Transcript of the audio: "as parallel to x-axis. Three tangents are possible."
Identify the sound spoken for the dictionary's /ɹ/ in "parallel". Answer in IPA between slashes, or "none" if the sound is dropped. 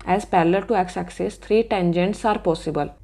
/l/